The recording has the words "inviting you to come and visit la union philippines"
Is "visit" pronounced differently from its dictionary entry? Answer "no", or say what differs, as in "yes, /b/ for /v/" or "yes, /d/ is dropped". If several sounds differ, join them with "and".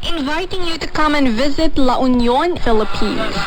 no